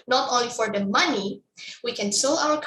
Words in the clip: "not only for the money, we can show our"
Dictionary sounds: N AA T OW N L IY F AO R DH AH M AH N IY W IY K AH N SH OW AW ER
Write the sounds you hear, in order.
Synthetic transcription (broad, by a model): N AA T OW N L IY F AO R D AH M AH N IY W IY K AH N S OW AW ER